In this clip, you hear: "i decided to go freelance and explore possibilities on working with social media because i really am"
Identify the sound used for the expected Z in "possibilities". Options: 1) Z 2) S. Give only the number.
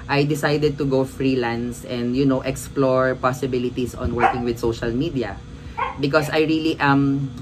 2